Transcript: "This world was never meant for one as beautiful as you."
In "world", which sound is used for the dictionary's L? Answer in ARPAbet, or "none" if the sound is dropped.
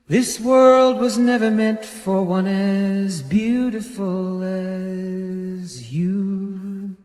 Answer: L